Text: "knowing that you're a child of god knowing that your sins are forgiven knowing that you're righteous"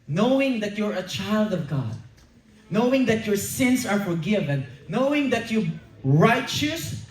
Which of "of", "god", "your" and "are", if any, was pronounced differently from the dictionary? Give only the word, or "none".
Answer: none